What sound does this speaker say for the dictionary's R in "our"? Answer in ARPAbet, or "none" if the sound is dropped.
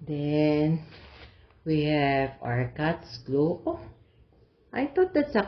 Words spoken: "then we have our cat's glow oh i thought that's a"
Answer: R